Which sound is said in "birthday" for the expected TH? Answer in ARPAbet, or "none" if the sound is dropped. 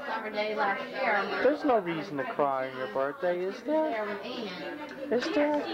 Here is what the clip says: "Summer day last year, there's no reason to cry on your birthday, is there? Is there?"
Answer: T